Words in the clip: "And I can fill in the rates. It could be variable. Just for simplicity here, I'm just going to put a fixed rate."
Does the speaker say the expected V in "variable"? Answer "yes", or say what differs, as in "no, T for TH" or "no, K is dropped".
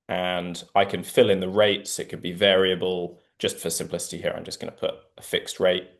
yes